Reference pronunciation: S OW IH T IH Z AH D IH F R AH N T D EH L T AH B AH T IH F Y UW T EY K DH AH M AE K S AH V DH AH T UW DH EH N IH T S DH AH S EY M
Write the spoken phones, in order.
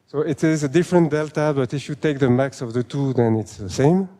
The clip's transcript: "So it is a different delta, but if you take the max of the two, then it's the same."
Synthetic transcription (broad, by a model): S OW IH T IH Z AH D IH F R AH N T D EH L T AH B AH T IH F Y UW T EY K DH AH M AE K S AH V DH AH T UW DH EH N IH T S DH AH S EY M